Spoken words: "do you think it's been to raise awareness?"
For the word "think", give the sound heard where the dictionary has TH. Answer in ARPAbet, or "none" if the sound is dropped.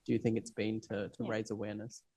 TH